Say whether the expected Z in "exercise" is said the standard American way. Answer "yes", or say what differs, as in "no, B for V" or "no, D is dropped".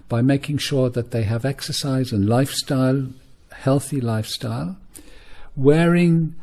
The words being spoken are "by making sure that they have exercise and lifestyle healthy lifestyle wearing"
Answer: yes